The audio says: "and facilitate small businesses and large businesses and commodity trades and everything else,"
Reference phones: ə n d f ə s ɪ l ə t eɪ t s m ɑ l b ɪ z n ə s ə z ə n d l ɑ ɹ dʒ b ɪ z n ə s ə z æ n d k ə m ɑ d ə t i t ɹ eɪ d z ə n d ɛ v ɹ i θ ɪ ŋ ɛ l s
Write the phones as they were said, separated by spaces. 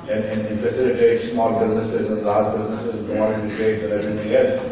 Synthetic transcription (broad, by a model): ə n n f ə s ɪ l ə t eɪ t s m ɑ l b ɪ z n ə s ə z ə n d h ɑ b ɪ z n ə s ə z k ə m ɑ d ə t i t eɪ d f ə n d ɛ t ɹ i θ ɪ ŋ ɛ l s